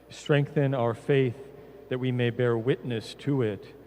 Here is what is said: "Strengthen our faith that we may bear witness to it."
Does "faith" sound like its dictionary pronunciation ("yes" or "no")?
yes